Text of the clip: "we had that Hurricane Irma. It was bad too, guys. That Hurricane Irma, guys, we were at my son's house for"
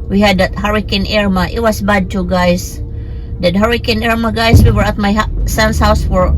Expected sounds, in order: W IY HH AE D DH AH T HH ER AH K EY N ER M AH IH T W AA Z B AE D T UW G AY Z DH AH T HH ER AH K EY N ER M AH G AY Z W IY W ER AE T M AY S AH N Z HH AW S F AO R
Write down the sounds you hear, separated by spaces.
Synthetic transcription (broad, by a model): W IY HH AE D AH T HH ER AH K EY N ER M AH IH T W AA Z B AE D T UW G AY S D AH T HH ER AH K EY N ER M AH G AY S W IY W ER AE T M AY S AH N S HH AW S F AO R